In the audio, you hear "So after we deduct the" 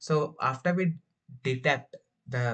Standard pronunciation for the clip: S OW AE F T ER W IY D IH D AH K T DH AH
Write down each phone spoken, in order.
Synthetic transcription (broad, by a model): S OW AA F T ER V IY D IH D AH T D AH